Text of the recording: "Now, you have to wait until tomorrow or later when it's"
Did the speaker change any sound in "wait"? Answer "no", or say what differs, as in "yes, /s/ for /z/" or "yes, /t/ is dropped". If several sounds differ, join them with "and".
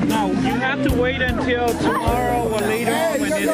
no